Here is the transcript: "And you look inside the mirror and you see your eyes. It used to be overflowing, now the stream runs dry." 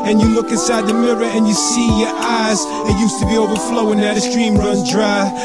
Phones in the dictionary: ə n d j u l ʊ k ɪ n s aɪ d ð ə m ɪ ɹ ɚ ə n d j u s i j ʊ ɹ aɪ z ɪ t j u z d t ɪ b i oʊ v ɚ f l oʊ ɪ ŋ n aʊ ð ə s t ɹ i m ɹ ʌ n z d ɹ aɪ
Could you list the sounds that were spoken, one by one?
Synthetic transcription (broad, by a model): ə n j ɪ l ʊ k ɪ n s aɪ d ð ə m ɪ ɹ ɚ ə n j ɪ s i j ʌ ɹ aɪ z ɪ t j u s t ɪ b i oʊ v ɚ f l oʊ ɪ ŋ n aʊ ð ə s t ɹ i m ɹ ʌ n d ɹ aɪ